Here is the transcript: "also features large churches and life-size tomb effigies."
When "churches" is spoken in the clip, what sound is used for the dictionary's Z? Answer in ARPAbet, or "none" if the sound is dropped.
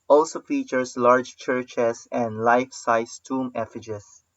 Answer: S